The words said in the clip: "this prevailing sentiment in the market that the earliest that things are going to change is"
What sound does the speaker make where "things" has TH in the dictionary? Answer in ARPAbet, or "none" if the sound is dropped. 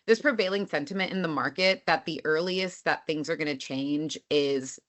TH